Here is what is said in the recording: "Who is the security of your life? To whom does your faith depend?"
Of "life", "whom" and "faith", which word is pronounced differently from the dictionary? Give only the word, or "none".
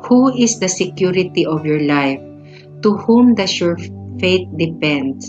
faith